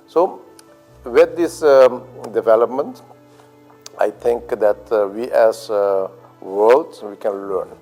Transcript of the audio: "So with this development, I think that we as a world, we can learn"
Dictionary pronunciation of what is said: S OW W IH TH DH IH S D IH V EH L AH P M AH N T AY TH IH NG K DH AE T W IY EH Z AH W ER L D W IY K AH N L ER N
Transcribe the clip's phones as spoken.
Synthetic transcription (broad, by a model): S OW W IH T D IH S D IH V EH L AH P M AH N T AY T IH NG K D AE T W IY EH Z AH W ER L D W IY K AH N L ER N